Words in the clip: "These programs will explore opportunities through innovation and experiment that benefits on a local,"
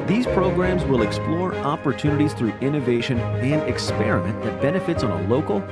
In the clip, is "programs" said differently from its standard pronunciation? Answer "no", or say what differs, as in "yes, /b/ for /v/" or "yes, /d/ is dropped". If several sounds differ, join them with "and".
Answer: no